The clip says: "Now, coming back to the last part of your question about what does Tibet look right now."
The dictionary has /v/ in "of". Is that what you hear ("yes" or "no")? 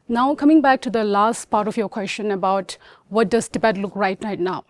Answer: no